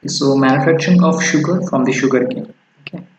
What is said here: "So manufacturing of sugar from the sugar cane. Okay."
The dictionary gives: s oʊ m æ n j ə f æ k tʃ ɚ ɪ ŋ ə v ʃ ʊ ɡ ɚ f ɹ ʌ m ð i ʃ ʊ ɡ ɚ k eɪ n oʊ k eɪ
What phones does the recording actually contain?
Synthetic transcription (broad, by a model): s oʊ m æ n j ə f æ k tʃ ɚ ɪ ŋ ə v ʃ ʊ ɡ ɚ f ɹ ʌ m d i ʃ ʊ ɡ ɚ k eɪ oʊ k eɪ